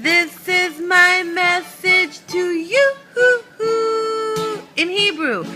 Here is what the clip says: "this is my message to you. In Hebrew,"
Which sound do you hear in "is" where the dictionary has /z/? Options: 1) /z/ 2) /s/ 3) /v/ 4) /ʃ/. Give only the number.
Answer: 1